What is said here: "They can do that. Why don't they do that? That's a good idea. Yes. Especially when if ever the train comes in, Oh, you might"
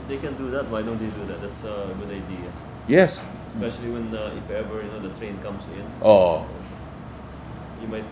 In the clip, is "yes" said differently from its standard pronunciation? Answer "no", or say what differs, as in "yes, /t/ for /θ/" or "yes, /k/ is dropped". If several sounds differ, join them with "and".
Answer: no